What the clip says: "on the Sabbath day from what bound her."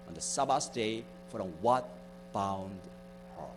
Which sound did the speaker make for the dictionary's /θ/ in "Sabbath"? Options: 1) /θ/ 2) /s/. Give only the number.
2